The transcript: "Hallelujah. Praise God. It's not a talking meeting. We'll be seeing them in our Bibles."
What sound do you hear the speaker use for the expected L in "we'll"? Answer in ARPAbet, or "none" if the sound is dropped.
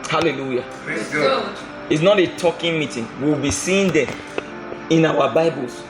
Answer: W